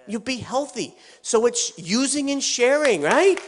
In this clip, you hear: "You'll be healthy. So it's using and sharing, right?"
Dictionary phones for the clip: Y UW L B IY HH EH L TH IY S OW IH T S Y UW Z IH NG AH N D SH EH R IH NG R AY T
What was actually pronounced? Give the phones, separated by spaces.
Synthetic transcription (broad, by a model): Y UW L B IY HH EH L TH IY S OW IH T S Y UW Z IH NG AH N SH EH R IH NG R AY T